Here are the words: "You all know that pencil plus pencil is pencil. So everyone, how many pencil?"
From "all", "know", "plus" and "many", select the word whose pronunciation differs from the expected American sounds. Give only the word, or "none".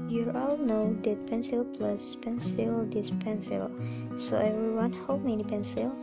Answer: none